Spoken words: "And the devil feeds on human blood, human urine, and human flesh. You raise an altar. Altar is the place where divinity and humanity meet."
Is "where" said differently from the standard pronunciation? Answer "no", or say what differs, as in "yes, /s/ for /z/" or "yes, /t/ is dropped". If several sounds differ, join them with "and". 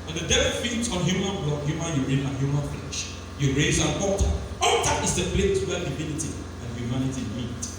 yes, /l/ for /ɹ/